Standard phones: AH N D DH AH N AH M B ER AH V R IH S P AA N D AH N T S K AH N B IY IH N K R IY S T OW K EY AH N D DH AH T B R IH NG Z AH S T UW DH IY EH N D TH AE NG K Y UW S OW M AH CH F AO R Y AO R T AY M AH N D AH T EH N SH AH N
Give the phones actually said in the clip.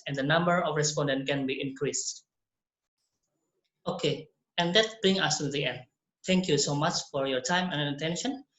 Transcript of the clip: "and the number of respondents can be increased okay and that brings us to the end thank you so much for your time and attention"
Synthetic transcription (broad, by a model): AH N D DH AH N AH M B ER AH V R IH S P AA N D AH N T K AH N B IY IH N K R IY S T OW K EY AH N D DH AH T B R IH NG AH S T UW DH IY EH N D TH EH NG K Y UW S OW M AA CH F AO R Y AO R T AY M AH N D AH T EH N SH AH N